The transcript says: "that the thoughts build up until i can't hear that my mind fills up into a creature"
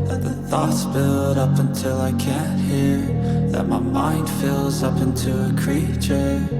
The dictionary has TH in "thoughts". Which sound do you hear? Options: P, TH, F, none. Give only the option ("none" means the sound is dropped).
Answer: TH